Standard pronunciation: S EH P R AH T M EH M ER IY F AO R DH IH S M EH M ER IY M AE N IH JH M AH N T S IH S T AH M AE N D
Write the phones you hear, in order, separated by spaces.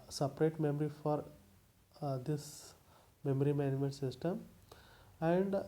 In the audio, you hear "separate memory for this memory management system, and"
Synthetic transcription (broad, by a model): S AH P R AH T M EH M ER IY F AO R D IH S M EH M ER IY M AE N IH M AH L S IH S T AH M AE N D